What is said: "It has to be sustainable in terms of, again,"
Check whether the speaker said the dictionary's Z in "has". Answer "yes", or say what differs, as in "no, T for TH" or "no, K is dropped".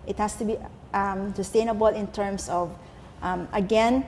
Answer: no, S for Z